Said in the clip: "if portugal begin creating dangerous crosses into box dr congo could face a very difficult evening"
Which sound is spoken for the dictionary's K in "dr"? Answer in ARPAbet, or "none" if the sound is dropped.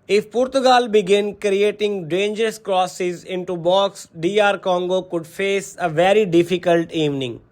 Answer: none